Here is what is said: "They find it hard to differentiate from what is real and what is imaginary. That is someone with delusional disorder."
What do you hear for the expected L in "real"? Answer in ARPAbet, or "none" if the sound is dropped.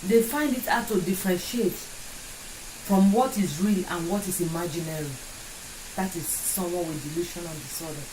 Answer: L